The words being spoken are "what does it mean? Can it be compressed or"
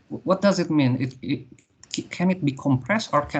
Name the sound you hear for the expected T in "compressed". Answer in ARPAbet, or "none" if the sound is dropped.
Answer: T